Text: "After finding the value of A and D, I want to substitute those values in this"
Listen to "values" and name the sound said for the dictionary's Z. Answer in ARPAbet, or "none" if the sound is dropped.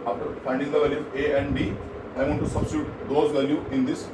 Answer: none